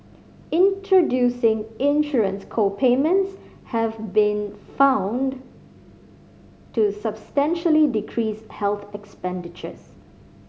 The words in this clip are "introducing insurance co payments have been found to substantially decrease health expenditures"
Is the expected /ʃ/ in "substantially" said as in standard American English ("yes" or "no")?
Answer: yes